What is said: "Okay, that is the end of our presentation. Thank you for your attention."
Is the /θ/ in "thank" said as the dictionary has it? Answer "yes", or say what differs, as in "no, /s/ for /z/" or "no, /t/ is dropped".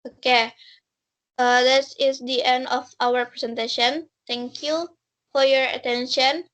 no, /t/ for /θ/